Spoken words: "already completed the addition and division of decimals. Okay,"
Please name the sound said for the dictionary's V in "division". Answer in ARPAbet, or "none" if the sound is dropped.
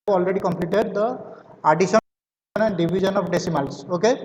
B